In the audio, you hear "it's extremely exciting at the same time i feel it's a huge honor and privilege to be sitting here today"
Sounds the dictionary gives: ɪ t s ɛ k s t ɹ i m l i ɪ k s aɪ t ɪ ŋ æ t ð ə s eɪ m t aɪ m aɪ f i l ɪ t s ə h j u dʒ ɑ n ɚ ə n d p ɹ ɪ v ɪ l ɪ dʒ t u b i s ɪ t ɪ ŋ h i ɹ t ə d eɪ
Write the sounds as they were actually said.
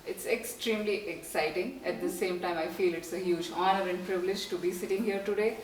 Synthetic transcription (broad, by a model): ɪ t s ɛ k s t ɹ i m l i ɪ k s aɪ t ɪ ŋ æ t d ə s eɪ m t aɪ m aɪ f i l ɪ t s ə h j u dʒ ɑ n ɚ ə n d p ɹ ɪ v ɪ l ɪ dʒ t u b i s ɪ t ɪ ŋ h i ɹ t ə d eɪ